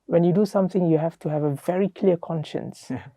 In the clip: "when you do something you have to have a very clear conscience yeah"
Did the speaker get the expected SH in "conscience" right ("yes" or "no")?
yes